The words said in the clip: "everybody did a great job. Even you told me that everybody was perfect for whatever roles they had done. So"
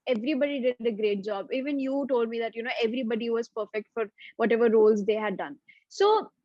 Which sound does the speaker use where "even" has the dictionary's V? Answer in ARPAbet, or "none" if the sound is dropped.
V